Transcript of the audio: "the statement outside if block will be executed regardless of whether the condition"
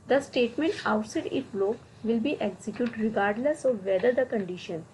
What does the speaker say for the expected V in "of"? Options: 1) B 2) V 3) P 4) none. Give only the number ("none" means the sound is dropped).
2